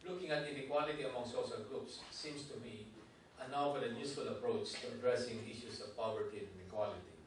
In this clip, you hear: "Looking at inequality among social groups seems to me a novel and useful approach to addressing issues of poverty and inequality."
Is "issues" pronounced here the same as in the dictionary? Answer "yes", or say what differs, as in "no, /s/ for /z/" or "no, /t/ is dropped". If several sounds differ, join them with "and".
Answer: no, /s/ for /z/